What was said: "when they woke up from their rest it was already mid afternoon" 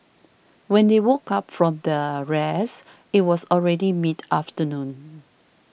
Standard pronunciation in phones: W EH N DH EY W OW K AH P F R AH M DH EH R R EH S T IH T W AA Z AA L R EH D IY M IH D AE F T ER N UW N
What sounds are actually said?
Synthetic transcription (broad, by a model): W EH N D EY W OW K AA P F R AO M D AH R R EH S IH T W AA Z AA L R EH D IY M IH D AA F T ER N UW N